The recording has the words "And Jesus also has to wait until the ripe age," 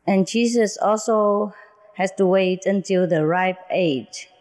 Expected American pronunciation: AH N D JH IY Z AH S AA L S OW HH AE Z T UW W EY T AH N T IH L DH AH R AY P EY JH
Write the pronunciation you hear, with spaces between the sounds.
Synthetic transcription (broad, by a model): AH N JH IY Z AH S AA L S OW HH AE S T UW W EY T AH N T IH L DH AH R AY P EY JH